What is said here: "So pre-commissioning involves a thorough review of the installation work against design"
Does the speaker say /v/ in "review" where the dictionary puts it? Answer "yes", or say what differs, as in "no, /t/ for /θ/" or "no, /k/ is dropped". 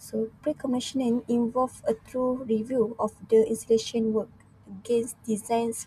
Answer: yes